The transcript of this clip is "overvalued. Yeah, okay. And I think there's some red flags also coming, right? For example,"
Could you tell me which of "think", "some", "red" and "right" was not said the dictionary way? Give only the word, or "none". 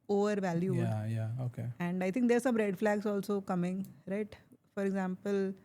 think